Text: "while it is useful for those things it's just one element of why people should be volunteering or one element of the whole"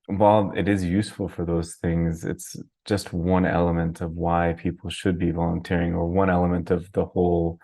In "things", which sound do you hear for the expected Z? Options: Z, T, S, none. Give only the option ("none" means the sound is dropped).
Z